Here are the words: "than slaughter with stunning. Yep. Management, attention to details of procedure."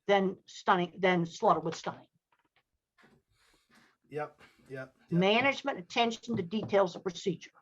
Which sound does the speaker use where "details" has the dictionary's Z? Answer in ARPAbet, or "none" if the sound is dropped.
Z